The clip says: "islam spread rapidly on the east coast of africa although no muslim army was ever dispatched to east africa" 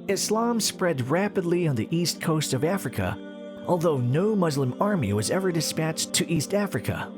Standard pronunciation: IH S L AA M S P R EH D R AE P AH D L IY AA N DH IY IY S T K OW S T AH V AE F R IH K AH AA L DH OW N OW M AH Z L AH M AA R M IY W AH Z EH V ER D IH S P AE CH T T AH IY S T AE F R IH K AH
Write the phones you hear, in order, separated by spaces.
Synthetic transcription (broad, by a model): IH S L AA M S P R EH D R AE P AH D L IY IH N DH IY IY S T K OW S T AH V AE F R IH K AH AA L DH OW N OW M AH Z L AH M AA R M IY W AH Z EH V ER D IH S P AE CH T T IY S T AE F R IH K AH